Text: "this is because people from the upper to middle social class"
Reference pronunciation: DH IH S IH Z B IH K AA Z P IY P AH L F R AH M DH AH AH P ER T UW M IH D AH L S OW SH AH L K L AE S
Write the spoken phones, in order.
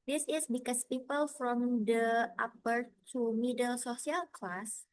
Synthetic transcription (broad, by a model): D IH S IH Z B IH K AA S P IY P AH L F R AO M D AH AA P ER T UW M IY D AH L S OW S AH L K L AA S